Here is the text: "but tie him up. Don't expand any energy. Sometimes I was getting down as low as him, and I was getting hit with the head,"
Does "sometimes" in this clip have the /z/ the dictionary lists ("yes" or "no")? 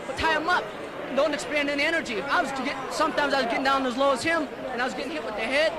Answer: yes